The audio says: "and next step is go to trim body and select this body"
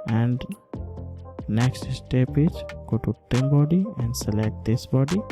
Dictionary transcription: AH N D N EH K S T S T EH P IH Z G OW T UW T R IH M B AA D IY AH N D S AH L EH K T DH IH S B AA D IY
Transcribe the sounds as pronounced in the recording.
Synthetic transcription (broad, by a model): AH N D N EH K S T S T EH P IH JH G OW T UW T IH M B AA D IY AH N D S AH L EH K T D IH S B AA D IY